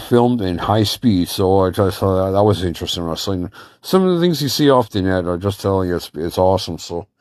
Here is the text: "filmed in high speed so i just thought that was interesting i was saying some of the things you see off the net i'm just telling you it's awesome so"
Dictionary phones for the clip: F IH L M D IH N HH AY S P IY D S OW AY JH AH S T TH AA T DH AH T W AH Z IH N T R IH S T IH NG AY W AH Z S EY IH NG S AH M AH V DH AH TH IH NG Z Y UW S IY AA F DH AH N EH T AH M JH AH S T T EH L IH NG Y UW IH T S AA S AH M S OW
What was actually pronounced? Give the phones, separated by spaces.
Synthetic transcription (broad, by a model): F IH L M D IH N HH AY S P IY D S OW AY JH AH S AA DH AH T W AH Z IH N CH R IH S T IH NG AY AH S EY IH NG S AH M AH V DH AH TH IH NG Z Y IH S IY AA F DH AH N EH T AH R JH AH S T T EH L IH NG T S IH T S AA S AH M S OW